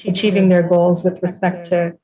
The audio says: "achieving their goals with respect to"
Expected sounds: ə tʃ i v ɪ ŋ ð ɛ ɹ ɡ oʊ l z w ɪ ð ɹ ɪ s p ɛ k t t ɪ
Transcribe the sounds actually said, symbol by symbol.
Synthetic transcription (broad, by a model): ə tʃ i v ɪ ŋ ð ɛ ɹ ɡ oʊ l z w ɪ ð ɹ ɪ s p ɛ k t t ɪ